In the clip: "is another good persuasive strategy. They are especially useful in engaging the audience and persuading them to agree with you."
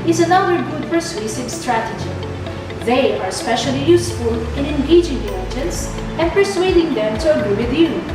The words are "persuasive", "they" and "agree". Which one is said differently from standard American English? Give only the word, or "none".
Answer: persuasive